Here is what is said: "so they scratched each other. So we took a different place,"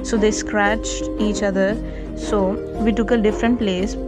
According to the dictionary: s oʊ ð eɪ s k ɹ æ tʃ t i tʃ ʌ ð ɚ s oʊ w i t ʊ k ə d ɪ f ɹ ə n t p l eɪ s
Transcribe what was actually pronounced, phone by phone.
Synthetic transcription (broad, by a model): s oʊ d eɪ s k ɹ æ tʃ t i tʃ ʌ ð ɚ s oʊ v i t ʊ k ə d ɪ f ɹ ə n t p l eɪ s